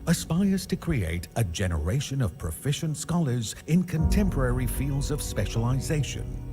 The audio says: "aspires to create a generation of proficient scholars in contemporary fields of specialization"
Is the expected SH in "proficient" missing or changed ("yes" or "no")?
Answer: no